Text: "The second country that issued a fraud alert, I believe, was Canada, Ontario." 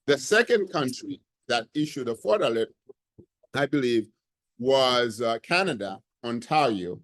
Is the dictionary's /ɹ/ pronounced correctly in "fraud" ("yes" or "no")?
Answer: no